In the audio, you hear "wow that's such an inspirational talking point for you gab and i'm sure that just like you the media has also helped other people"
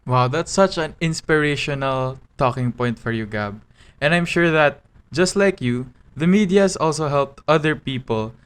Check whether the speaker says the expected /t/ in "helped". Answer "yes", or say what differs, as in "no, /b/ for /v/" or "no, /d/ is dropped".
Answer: yes